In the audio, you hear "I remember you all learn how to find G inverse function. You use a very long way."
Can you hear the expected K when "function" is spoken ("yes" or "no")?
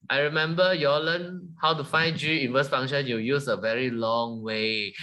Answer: no